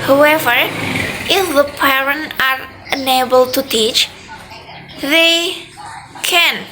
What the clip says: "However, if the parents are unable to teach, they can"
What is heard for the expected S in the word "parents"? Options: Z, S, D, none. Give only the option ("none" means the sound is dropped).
none